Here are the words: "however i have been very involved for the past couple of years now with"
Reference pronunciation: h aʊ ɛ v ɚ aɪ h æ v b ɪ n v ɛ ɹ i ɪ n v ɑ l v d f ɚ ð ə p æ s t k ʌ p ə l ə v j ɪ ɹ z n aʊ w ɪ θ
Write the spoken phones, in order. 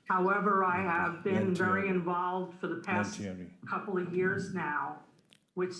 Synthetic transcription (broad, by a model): h aʊ ɛ v ɚ aɪ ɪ v b ɪ n v ɛ ɹ i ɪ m v ɑ l v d f ɚ ð ə p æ s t k ʌ p l ə v j ɪ ɹ z n aʊ w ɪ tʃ